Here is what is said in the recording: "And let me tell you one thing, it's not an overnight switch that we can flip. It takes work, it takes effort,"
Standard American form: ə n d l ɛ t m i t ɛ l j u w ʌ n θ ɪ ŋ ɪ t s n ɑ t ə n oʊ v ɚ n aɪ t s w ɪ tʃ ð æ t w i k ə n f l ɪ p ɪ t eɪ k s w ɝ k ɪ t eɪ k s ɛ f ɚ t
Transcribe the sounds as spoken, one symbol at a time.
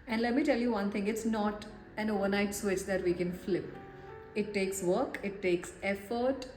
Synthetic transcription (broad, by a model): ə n d l ɛ t m i t ɛ l j u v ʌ n t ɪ ŋ ɪ t s n ɑ t ə n oʊ v ɚ n aɪ t s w ɪ tʃ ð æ t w i k ə n f l ɪ p ɪ t eɪ k s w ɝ k ɪ t eɪ k s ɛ f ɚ t